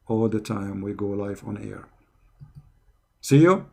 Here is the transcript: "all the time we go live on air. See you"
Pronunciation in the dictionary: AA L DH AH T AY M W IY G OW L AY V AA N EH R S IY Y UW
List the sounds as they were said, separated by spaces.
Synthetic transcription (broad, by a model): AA L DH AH T AY M W IY G OW L AY F AA N EH R S IY Y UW